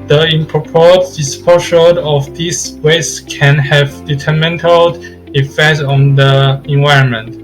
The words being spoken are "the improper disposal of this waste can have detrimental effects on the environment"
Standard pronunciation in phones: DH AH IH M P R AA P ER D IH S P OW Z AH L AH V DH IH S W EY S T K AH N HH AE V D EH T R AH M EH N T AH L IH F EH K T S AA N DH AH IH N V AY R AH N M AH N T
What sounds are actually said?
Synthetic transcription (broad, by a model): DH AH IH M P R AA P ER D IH S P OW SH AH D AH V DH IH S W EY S K AH N HH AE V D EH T AH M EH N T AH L IH F EH K T S AA N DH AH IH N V AY R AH N M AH N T